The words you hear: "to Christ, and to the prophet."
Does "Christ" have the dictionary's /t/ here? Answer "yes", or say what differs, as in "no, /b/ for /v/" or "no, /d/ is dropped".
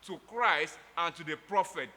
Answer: yes